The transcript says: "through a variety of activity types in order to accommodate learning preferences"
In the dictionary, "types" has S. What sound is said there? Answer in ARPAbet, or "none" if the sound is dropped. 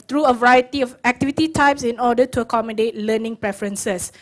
S